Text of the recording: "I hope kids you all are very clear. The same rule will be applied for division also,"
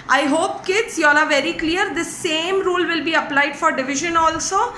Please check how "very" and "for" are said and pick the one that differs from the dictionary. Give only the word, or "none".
none